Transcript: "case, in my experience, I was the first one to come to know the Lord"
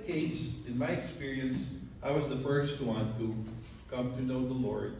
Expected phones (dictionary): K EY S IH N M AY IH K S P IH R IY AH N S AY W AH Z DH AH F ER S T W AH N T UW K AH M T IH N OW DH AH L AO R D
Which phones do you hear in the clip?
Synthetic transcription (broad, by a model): K EY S IH N M AY IH K S P IH R IY AH N S AY W AH Z DH AH F ER S T W AH N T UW K AH M T IH N OW DH AH L AO R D